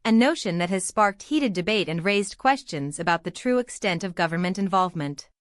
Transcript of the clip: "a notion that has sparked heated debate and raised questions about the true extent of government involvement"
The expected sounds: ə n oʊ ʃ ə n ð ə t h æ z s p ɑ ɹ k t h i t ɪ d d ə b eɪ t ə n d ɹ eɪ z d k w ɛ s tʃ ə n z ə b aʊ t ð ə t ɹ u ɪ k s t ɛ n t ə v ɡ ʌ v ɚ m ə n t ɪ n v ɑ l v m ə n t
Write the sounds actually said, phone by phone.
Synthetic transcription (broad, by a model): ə n oʊ ʃ ə n ð ə t h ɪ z s p ɑ ɹ k t h i t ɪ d d ə b eɪ t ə n ɹ eɪ z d k w ɛ s tʃ ə n z ə b aʊ t ð ə t ɹ u ɪ k s t ɛ n t ə v ɡ ʌ v ɚ m ə n t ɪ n v ɑ l v m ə n t